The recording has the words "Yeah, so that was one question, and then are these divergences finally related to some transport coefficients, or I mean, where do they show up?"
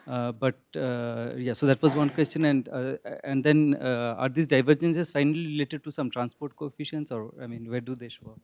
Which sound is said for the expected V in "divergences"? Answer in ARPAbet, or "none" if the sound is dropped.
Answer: V